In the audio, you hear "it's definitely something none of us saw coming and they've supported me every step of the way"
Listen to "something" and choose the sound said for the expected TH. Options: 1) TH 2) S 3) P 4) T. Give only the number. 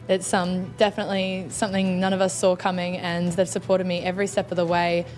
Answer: 1